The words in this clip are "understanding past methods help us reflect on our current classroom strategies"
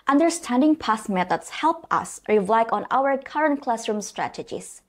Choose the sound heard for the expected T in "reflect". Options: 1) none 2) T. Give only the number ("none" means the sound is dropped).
1